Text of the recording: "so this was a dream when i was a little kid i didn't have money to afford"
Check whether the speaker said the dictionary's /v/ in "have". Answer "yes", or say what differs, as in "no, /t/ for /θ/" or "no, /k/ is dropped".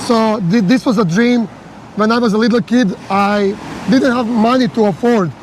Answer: yes